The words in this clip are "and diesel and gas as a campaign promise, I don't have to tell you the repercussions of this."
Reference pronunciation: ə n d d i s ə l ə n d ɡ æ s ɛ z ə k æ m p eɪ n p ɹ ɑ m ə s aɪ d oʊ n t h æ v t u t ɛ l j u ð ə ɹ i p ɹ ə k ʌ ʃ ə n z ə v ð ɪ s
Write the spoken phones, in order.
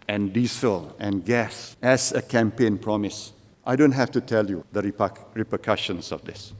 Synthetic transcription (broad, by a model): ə n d d i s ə l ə n ɡ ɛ s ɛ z ə k æ m p eɪ n p ɹ ɑ m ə s aɪ d oʊ n t h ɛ f t u t ɛ l j u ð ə ɹ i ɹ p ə k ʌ ʃ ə n s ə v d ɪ s